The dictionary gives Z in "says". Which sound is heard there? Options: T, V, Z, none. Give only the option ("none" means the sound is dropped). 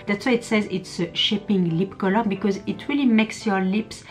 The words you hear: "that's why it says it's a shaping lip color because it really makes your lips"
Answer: Z